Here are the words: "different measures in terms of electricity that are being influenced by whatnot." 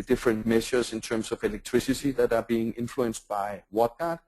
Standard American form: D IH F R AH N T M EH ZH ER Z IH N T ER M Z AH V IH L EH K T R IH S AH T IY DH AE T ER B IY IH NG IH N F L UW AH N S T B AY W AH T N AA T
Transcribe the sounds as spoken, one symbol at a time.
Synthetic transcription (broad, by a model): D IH F R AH N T M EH SH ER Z IH N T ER M S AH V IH L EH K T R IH S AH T IY DH AE T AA B IY IH NG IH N F L UW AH N S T B AY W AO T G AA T